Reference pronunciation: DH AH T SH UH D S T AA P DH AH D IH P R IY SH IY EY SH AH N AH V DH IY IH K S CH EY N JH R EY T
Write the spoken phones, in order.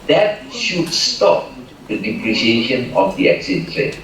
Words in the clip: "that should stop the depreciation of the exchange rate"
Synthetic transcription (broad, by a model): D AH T SH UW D S T AA P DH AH D IH P R IY SH IY EY SH AH N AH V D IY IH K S EY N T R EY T